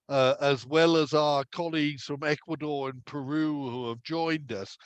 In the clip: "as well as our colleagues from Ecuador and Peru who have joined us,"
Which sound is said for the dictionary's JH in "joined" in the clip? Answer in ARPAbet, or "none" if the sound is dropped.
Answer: JH